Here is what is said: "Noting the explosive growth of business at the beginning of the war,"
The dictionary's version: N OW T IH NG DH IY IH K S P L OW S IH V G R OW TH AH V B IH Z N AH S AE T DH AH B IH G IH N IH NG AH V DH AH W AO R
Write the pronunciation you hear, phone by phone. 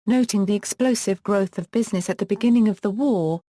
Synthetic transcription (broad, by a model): N OW T IH NG DH IY IH K S P L OW S IH V G R OW TH AH V B IH Z N AH S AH T DH AH B IH G IH N IH NG AH V DH AH W AO